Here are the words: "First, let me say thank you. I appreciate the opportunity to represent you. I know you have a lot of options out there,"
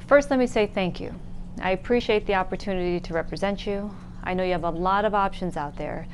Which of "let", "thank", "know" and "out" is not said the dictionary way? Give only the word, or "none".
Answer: none